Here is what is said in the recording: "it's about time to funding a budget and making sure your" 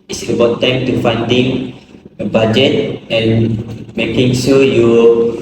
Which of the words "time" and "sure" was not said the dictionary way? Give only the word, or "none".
sure